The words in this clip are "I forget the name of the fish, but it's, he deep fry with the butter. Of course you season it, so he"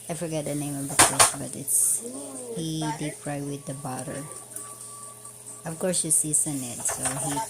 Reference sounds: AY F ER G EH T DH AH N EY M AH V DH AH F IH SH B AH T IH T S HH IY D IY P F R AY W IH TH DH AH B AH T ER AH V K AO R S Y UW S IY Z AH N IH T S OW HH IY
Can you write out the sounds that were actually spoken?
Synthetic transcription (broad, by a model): AY F ER G EH T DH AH N EY M AH V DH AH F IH S B AH T IH T S HH IY D IY P R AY W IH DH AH B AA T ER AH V K AO R S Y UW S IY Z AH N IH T S OW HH IY